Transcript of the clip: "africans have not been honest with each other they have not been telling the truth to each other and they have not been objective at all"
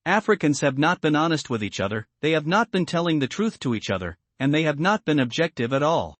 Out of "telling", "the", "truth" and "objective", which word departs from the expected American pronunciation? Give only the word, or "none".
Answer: none